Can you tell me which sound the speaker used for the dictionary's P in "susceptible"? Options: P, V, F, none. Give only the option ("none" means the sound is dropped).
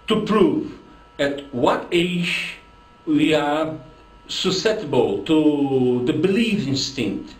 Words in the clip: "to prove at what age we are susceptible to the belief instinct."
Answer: none